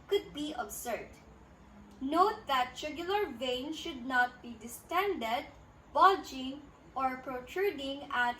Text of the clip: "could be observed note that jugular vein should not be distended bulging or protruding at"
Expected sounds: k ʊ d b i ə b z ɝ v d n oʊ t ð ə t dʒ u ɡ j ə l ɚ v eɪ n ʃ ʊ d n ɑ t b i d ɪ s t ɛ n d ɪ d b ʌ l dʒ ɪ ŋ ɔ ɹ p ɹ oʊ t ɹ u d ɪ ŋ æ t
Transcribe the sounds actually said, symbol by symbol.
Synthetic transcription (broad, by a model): k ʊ d b i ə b s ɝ d n oʊ t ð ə t ʃ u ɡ j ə l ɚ v eɪ n ʃ ʊ d n ɑ t b i d ɪ s t ɛ n d ɪ d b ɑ dʒ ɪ ŋ ɔ ɹ p ɹ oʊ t ɹ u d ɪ ŋ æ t